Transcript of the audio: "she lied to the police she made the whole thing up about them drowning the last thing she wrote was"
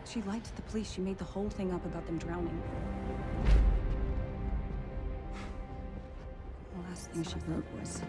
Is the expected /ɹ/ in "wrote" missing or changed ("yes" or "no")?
yes